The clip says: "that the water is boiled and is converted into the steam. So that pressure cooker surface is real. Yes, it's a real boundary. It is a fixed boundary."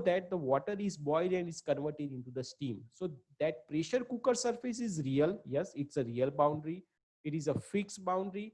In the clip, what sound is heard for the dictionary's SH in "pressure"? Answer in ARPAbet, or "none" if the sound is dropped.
SH